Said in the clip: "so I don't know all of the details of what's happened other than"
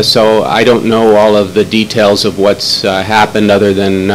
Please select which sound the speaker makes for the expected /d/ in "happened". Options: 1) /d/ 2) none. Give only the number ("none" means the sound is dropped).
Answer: 1